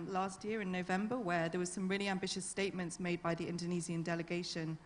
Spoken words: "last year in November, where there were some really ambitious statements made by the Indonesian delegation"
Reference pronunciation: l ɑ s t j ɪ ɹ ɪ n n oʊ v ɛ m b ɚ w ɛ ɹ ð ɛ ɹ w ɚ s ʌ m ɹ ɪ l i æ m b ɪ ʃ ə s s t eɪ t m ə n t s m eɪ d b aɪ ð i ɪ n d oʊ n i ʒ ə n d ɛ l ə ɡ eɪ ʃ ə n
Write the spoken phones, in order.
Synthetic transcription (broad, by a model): l ɑ s t j ɪ ɹ ɪ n n oʊ v ɛ m b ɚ w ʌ ð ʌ w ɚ s ʌ m ɹ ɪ l i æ m b ɪ ʃ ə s s t eɪ t m ə n t s m eɪ d b aɪ ð i ɪ n d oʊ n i z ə n d ɛ l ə ɡ eɪ ʃ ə n